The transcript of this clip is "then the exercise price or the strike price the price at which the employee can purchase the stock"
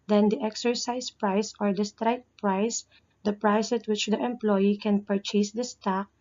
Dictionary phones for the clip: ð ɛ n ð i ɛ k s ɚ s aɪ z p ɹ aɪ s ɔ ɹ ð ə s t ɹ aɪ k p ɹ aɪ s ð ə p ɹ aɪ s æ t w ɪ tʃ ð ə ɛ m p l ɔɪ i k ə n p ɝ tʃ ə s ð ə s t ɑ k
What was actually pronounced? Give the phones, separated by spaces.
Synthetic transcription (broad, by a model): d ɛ n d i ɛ k s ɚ s aɪ s p ɹ aɪ s ɔ ɹ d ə s t ɹ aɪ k p ɹ aɪ s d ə p ɹ aɪ s t w ɪ tʃ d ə ɛ m p l ɔɪ i k ə n p ɝ tʃ ə s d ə s t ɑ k